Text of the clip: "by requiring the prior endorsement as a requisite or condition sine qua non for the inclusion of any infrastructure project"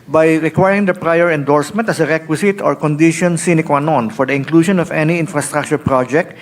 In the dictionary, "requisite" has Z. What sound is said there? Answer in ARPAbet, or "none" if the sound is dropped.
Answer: S